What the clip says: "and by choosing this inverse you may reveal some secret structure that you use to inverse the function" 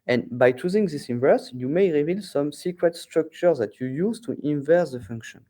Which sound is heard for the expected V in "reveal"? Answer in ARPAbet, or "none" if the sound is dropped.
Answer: V